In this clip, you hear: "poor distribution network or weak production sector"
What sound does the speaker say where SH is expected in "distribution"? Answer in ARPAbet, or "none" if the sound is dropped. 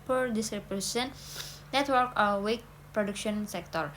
S